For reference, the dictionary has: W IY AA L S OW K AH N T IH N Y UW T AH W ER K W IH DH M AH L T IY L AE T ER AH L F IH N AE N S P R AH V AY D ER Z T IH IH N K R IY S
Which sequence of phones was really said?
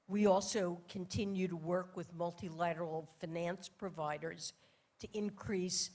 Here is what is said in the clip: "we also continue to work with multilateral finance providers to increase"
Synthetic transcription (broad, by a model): W IY AA L S OW K AH N T IH N Y UW T AH W ER K W IH DH M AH L T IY L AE T ER L F IH N AE N S P R AH V AY D ER Z T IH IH N K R IY S